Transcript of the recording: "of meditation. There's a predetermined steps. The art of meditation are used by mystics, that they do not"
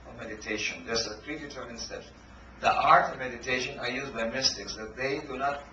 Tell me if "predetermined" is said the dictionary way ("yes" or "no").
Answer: no